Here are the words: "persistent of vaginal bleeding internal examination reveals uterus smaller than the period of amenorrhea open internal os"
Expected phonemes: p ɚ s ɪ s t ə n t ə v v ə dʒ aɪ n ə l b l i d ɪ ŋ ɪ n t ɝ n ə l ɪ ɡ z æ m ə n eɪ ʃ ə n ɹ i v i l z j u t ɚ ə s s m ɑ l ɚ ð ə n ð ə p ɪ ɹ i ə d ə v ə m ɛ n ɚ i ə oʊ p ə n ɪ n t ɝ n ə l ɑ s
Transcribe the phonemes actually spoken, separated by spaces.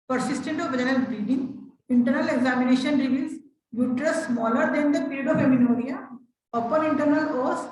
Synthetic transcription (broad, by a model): p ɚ s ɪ s t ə n t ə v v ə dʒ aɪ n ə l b i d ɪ ŋ ɪ n t ɝ n ə l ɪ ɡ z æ m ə n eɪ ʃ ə n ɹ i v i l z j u t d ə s s m ɑ l ɚ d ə n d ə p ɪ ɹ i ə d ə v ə m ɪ n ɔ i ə oʊ p ə n ɪ n t ɝ n ə l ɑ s